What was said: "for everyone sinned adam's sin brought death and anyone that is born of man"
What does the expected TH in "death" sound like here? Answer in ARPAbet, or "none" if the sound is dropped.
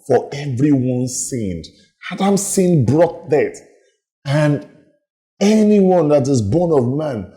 T